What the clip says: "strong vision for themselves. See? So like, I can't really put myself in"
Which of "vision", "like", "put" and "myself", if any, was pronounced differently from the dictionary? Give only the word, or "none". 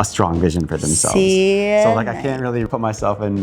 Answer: none